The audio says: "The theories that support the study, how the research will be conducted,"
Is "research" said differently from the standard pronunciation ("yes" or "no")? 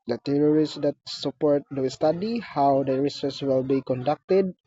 yes